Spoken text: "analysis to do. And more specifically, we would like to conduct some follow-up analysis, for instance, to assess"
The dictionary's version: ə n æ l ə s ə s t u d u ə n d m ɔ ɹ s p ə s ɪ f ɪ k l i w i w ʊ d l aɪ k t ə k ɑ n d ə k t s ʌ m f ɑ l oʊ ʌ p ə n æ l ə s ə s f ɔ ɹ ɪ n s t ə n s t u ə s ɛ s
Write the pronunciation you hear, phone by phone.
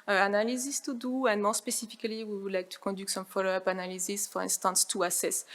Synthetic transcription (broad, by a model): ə n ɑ l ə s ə s t u d u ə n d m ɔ s p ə s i f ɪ k l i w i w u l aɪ k t ə k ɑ d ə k s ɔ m f ɑ l oʊ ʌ p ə n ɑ l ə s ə s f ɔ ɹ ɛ n s t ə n s t u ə s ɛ s